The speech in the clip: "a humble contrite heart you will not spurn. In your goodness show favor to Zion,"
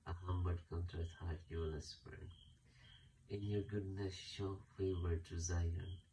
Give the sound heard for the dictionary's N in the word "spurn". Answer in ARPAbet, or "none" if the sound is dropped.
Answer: none